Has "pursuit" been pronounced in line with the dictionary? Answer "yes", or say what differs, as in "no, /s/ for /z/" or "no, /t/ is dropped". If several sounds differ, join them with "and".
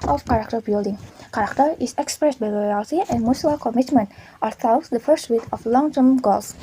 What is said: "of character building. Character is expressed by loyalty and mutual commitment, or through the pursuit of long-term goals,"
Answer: no, /f/ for /p/